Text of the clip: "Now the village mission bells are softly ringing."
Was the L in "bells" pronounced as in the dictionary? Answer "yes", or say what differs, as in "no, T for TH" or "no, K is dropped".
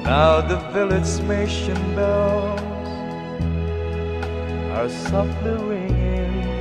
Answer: no, L is dropped